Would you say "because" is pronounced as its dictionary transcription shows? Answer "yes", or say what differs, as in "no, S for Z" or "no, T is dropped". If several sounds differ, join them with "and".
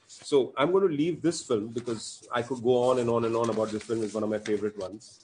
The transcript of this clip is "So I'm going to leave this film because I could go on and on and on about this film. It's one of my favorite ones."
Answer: yes